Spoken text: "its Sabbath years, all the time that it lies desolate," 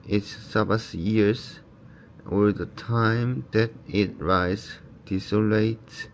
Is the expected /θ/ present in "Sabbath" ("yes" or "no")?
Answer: no